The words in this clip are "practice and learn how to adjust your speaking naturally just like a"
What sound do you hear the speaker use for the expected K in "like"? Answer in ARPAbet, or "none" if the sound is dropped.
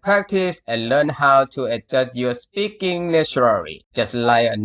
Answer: none